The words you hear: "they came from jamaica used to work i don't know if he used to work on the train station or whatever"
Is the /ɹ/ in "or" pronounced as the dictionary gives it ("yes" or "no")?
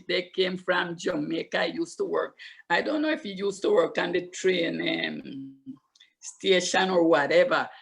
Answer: yes